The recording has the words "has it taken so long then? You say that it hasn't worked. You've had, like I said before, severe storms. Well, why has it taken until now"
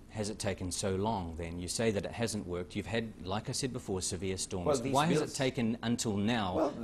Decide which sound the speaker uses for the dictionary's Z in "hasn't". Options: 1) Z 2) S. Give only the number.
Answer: 1